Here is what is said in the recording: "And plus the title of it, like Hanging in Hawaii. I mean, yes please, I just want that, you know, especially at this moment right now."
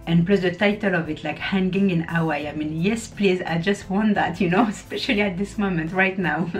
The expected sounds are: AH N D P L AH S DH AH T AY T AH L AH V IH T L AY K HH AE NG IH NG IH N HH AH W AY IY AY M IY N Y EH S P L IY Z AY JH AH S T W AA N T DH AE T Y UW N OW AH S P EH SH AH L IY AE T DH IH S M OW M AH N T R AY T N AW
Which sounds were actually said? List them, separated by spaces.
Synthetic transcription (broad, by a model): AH N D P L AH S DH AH T AY T AH L AH V IH T L AY K HH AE NG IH NG IH N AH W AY AY M IY N Y EH S P L IY Z AY JH AH S T W AA N T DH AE T Y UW N OW AH S P EH SH AH L IY AE T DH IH S M OW M AH N T R AY T N AW